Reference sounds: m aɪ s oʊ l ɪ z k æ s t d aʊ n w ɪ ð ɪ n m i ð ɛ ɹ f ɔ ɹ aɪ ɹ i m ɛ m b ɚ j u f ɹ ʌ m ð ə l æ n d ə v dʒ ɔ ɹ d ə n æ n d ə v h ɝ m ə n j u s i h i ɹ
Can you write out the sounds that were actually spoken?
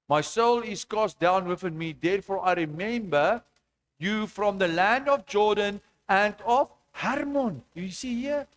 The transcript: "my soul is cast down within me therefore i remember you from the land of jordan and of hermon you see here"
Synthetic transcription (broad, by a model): m aɪ s oʊ l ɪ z k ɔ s d aʊ n w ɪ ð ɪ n m i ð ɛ ɹ f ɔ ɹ aɪ ɹ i m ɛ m b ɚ j u f ɹ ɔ m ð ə l æ n d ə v dʒ ɔ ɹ d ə n æ n d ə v h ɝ m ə n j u s i h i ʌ